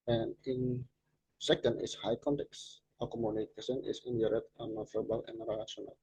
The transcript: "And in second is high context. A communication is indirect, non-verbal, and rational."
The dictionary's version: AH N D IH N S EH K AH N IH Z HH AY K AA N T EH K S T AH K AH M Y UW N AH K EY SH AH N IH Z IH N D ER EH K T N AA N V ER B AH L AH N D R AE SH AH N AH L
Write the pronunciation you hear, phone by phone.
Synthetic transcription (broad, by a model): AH N IH N S EH K AH N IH S HH AY K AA N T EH K S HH AH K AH M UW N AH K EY S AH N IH S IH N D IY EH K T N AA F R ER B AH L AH N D R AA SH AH N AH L